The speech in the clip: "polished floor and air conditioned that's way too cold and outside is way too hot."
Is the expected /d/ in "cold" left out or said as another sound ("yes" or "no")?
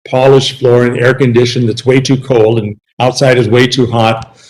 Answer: no